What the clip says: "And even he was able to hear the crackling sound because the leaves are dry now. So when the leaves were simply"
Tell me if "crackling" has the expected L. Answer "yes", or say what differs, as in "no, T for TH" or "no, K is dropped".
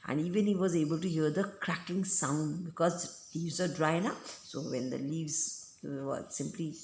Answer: no, L is dropped